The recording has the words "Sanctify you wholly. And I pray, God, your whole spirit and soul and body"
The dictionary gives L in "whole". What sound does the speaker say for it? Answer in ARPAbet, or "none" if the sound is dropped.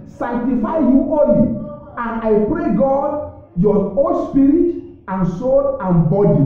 N